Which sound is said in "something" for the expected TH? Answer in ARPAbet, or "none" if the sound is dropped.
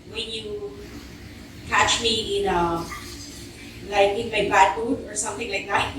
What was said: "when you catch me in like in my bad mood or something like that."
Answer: TH